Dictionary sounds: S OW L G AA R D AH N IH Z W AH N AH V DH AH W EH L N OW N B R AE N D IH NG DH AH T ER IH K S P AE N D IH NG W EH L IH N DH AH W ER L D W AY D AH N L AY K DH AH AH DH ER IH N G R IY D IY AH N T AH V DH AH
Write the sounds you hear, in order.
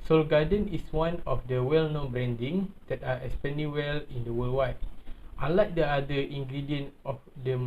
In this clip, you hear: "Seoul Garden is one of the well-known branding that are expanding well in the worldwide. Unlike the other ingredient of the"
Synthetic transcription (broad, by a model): S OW L G AA D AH N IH S W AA N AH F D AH W EH L N OW N B R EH N D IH NG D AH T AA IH S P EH N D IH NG W EH L IH N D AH W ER L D W AY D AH L AY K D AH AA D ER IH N G R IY D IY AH N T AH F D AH